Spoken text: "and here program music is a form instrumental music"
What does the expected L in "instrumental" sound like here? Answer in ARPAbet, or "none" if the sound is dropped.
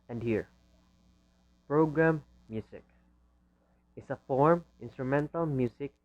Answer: L